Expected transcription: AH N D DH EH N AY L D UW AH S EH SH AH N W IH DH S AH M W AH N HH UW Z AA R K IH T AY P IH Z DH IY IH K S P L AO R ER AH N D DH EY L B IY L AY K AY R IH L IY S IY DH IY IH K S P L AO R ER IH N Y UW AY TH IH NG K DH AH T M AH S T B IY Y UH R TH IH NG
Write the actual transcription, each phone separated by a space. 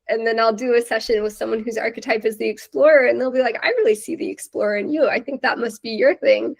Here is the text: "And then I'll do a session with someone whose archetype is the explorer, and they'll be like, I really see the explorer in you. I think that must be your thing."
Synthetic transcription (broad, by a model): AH N DH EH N AY L D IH AH S EH SH AH N W IH DH S AH M W AH N HH UW Z AA R K IH T AY P IH Z DH IY IH K S P L AO R ER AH N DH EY L B IY L AY K AY R IH L IY S IY DH IY IH K S P L AO R ER IH N Y UW AY TH IH NG K DH AH T M AH S T B IY Y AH R TH IH NG